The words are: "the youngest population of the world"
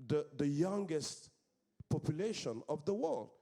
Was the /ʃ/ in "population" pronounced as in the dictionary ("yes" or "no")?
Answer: yes